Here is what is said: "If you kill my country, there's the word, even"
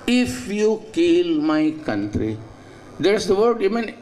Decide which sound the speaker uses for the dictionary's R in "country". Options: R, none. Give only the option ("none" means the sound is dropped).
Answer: R